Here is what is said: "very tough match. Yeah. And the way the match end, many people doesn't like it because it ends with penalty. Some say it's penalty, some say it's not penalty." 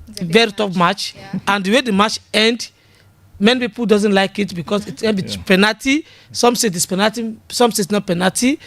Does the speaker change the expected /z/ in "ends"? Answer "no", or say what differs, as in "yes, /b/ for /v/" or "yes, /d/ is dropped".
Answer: yes, /z/ is dropped